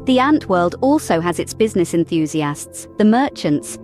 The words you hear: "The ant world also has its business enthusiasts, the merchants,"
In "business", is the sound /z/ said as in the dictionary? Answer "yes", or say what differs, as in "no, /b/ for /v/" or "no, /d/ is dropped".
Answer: yes